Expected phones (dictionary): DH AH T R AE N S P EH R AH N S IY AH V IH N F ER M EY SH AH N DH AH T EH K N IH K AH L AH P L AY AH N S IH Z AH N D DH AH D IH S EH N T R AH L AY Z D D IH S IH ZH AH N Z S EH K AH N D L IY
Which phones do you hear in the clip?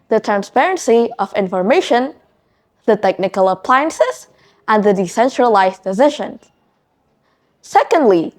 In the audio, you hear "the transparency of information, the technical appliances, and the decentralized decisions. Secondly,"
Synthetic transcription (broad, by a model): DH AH T R AE N S P EH R AH N S IY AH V IH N F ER M EY SH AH N DH AH T EH K N IH K AH L AH P L AY AH N S IH Z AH N DH AH D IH S EH N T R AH L AY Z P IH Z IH SH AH N S EH K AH N D L IY